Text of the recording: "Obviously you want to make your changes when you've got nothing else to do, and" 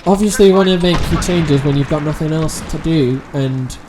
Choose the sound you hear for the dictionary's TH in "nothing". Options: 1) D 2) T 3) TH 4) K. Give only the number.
3